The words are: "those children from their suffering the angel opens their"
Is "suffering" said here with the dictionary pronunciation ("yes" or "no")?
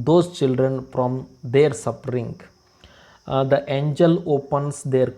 no